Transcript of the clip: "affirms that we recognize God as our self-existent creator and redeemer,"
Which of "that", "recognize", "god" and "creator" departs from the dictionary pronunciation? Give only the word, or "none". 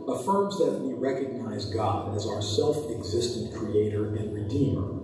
none